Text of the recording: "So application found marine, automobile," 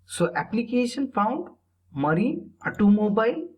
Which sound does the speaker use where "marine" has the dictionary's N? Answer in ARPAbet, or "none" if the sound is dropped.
none